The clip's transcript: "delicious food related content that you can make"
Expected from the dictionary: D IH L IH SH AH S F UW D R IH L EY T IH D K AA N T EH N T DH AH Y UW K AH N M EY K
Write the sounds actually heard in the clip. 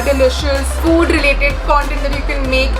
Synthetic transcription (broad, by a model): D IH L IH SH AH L F UW D R IH L EY T IH D K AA N T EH N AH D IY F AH L M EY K